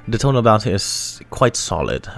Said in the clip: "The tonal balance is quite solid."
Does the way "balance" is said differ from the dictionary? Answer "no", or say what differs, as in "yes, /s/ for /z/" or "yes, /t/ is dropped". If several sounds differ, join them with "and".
yes, /l/ is dropped